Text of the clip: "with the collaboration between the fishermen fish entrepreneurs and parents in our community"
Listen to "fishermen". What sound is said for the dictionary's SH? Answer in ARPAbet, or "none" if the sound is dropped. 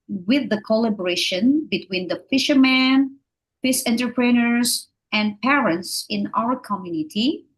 SH